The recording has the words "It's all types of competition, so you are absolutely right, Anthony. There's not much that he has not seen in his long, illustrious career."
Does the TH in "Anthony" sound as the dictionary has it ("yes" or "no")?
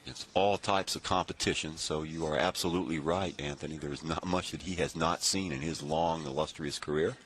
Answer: yes